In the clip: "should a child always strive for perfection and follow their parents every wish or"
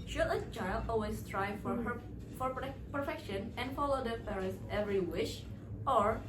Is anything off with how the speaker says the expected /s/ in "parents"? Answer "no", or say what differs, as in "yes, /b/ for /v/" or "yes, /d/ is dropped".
yes, /s/ is dropped